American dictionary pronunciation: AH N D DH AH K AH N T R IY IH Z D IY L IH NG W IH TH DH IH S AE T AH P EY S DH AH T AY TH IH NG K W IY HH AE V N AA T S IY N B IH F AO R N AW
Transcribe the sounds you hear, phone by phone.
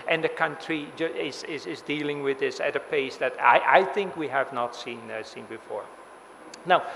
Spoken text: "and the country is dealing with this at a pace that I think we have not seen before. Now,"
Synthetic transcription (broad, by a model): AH N DH AH K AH N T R IY IH Z D IY L IH NG W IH DH IH S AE T AH P EY S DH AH T AY TH IH NG K W IY HH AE V N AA T S IY N B IH F AO R N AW